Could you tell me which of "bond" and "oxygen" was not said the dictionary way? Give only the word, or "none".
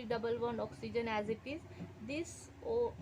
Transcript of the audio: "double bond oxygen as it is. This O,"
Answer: bond